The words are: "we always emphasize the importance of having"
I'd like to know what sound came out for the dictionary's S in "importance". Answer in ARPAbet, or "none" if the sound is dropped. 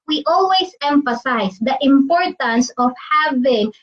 S